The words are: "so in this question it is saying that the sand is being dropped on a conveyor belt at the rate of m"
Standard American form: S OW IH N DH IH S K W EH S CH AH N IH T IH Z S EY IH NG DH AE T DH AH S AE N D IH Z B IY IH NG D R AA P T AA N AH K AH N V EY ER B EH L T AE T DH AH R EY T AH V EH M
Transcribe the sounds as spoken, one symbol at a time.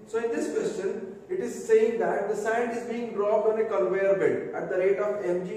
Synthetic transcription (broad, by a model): S OW IH N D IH S K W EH S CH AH N IH T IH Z S EY IH NG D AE T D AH S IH N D IH Z B IY IH NG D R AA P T AA N AH K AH L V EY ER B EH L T AE T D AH R EY T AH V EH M